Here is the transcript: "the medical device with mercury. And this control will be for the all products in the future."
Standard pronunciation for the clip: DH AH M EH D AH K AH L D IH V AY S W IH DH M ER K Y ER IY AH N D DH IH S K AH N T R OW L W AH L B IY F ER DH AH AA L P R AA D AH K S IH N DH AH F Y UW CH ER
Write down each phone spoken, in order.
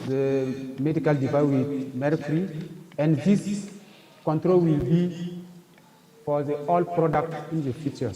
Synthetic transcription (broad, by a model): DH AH M EH D AH K AH L D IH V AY W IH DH M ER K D IY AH N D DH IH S K AH N T R OW L W AH L B IY F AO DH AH AA L P R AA D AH K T IH N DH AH F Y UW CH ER